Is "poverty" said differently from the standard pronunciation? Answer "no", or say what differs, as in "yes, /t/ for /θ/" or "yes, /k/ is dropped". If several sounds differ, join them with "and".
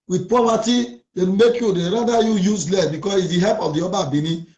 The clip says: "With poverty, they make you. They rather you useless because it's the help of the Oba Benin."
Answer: yes, /p/ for /v/